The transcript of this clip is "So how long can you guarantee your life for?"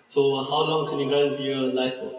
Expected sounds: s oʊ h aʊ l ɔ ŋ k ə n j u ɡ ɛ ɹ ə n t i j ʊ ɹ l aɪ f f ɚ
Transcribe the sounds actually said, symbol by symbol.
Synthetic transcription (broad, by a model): s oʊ h aʊ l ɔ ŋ k ə n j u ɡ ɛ ə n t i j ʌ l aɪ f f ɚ